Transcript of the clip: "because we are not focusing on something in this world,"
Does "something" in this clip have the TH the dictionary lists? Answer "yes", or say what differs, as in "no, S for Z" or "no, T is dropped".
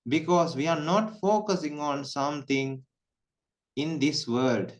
no, T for TH